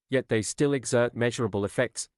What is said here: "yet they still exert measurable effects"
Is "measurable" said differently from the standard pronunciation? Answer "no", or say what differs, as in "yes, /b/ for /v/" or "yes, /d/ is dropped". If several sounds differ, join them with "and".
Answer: no